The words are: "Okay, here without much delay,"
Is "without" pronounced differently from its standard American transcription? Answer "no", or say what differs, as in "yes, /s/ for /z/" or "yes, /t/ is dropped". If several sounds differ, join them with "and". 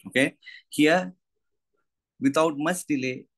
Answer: yes, /t/ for /θ/